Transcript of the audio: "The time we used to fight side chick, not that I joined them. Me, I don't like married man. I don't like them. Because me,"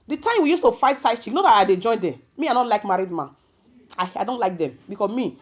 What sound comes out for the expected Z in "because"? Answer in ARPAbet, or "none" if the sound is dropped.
none